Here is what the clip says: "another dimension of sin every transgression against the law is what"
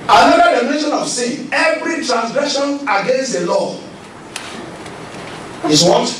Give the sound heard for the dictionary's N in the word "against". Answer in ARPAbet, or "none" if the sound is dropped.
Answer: N